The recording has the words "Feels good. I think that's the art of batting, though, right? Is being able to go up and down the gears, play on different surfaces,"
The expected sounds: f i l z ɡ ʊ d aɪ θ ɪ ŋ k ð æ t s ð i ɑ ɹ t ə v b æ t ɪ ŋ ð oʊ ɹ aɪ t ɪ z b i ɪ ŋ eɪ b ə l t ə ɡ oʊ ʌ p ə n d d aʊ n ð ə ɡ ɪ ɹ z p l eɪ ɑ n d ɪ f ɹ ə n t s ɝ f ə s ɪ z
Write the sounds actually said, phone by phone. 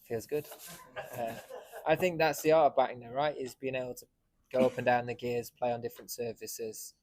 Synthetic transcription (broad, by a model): f i l z ɡ ʊ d aɪ θ ɪ ŋ k ð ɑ t s ð i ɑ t ə v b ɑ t ɪ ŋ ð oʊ ɹ aɪ t ɪ z b i ɪ ŋ eɪ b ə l t ə ɡ oʊ ʌ p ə n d d aʊ n ð ə ɡ ɪ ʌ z p l eɪ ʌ n d ɪ f ɹ ə n t s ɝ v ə s ɪ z